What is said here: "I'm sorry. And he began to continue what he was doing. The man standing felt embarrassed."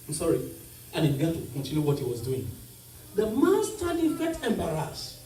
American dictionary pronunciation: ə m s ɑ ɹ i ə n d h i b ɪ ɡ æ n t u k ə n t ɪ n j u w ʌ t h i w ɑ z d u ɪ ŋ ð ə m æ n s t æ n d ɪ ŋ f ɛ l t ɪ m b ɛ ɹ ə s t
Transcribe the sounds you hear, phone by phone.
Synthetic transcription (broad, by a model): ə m s ɑ ɹ i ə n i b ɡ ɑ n t u k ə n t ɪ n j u w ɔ t h i w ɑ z d u ɪ ŋ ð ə m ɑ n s t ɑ d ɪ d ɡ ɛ t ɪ m b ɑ ɹ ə s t